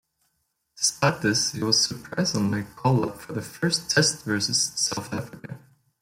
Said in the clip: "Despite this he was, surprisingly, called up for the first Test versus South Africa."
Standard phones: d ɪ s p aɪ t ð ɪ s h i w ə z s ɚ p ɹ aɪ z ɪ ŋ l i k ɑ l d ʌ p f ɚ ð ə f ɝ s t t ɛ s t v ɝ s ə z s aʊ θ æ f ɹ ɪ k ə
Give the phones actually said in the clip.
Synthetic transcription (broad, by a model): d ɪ s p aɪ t ð ɪ s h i w ə z s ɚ p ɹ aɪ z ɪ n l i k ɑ l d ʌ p f ɚ ð ə f ɝ s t t ɛ s t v ɝ s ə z s aʊ θ æ f ɹ ɪ k ə